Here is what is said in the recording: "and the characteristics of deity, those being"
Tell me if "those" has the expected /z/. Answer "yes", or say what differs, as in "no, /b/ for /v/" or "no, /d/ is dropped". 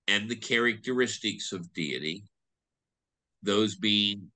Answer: yes